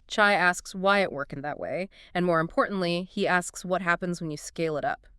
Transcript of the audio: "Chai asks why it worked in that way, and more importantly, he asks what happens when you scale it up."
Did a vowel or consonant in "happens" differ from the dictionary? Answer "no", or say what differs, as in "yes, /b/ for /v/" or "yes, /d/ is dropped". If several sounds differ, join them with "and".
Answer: no